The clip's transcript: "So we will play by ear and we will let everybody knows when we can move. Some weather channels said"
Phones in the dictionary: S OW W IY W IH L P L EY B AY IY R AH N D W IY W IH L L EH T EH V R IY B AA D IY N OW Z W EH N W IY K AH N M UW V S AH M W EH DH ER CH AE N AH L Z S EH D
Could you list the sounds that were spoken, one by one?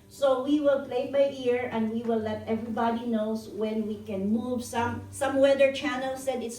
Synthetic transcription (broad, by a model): S OW W IY W IH L P L EY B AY IY R AH N D W IY W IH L L EH T EH V R IY B AA D IY N OW S W EH N W IY K AH N M UW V S AH M W EH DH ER CH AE N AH L S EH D